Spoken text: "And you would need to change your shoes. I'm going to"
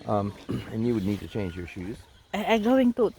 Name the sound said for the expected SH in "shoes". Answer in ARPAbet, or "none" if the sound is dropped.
SH